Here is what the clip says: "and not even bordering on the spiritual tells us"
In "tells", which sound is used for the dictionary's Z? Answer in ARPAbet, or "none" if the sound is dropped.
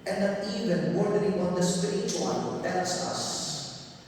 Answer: S